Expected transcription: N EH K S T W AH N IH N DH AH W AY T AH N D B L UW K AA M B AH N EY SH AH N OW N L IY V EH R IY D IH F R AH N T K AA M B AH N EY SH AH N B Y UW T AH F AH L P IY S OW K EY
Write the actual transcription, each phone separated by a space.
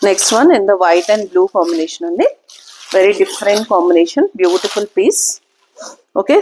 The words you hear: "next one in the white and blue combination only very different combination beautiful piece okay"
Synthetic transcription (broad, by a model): N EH K S T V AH N IH N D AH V AY T AH N D B L UW K AA M B AH N EY SH AH N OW N IY V EH R IY D IH F R AH N T K AA M B AH N EY SH AH N B Y UW T AH F AH L P IY S OW K EY